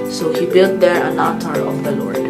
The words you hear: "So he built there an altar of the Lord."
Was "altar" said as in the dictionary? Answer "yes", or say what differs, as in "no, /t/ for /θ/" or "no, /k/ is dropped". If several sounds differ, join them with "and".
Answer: no, /l/ is dropped